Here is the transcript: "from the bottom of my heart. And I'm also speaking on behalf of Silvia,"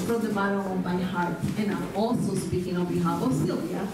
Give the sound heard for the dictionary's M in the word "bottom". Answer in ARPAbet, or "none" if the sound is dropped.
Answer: none